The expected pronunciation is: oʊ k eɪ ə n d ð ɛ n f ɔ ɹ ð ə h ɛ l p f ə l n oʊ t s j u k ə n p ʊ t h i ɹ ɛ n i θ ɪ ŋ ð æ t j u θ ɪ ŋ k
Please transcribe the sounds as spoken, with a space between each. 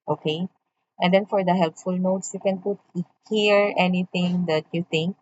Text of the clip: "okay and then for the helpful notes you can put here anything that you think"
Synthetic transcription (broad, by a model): oʊ k eɪ ə n d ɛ n f ɔ ɹ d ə h ɛ l p f ə l n oʊ t s j u k ə n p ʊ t h i ɹ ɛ n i t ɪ ŋ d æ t j u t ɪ ŋ k